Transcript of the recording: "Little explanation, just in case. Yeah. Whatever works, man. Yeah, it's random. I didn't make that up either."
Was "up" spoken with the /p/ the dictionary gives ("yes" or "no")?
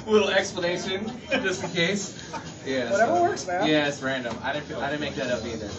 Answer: no